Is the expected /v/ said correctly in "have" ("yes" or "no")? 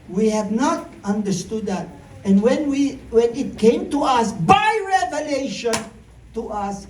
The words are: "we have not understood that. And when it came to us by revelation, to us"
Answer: yes